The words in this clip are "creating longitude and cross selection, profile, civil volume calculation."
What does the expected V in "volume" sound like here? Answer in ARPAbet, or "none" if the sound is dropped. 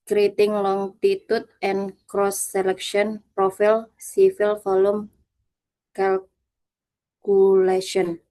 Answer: F